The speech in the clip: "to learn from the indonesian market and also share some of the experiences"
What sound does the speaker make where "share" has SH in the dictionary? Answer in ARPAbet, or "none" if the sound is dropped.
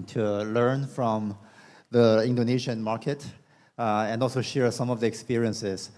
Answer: SH